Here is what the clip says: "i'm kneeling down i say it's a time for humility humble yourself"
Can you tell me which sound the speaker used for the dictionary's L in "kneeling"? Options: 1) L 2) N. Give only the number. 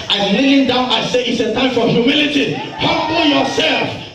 2